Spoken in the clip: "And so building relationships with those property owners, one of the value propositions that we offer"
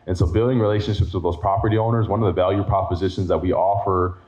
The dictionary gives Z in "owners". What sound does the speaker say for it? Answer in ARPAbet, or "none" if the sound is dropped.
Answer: Z